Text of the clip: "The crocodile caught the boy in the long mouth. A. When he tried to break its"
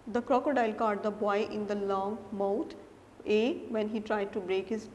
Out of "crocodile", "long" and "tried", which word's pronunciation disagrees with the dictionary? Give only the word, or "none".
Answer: none